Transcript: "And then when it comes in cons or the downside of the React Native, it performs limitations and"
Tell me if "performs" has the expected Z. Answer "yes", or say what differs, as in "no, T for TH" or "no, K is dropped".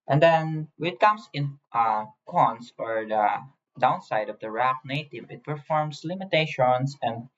no, S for Z